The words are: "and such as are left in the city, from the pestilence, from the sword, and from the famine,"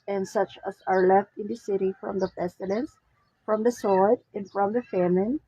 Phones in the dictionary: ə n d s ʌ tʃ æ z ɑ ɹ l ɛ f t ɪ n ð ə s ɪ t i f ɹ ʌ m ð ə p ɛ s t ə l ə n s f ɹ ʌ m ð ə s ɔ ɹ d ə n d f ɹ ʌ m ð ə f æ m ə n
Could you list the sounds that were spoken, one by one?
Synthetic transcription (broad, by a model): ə n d s ʌ tʃ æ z ɑ ɹ l ɛ f t ɪ n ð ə s ɪ t i f ɹ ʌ m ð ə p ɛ s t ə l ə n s f ɹ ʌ m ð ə s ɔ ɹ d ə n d f ɹ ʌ m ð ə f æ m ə n